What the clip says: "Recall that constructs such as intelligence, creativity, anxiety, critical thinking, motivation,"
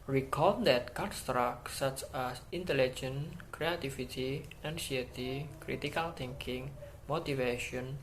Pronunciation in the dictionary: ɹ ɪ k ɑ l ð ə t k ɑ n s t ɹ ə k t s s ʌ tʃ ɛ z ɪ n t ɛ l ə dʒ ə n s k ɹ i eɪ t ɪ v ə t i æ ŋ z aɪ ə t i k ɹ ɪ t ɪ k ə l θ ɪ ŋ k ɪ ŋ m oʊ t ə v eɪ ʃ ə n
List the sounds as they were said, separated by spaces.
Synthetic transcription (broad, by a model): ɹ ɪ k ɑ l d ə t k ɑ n s t ɹ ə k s s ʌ tʃ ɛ s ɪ n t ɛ l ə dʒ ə n k ɹ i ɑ t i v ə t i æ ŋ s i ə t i k ɹ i t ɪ k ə l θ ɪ ŋ k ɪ ŋ m oʊ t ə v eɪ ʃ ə n